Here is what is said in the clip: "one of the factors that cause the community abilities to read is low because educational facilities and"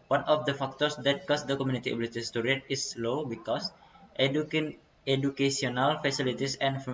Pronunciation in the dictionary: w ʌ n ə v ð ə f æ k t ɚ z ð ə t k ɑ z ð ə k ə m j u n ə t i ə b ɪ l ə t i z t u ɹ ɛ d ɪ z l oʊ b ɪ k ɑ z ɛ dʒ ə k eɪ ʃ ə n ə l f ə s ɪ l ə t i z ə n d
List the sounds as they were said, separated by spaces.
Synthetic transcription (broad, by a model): w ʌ n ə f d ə f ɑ k t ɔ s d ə t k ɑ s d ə k ə m j u n ə t i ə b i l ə t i s t u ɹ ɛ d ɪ s l oʊ b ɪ k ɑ s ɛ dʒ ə k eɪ s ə n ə l f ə s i l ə t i s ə n